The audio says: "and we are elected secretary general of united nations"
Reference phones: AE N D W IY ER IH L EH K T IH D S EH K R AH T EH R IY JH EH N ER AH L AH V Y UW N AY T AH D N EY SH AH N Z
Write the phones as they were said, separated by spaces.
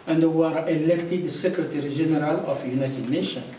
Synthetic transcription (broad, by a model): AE N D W ER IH L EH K T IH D S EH K R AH T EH R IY ZH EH N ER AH L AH F Y UW N AY T AH D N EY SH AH N